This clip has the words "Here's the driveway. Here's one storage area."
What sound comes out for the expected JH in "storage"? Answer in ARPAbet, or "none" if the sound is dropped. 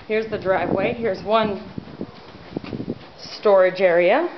JH